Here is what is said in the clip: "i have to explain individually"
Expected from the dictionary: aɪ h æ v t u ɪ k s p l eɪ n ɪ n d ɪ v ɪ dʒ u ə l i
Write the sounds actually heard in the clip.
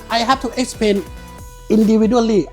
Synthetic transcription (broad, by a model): aɪ h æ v t u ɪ k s p eɪ n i n d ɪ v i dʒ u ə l i